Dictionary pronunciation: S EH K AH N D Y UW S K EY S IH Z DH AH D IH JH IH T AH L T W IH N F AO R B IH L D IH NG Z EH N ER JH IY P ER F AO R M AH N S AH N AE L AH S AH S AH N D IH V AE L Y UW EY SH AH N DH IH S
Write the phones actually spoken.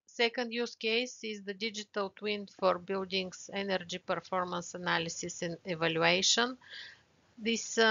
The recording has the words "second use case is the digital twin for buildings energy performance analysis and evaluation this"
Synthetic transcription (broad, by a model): S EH K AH N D Y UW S K EY S IH Z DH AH D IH JH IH T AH L T W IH N F AO R B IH L D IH NG S EH N ER JH IY P ER F AO R M AH N S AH N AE L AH S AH S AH N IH V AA L Y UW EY SH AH N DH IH S